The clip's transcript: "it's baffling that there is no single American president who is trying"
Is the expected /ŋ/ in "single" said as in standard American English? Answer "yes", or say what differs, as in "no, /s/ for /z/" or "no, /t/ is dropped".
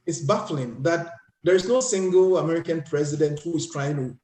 yes